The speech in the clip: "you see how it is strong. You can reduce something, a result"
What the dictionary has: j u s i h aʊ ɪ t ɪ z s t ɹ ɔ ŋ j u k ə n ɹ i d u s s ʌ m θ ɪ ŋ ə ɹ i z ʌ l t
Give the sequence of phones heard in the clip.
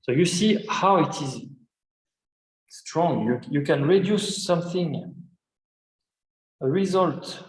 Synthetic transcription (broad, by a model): j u s i h aʊ ɪ t ɪ z s t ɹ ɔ ŋ j u k ə n ɹ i d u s s ʌ m θ ɪ ŋ ə ɹ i z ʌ l t